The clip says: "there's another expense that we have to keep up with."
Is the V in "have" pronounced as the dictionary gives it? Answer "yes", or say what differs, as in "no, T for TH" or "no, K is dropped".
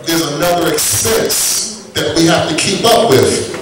no, F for V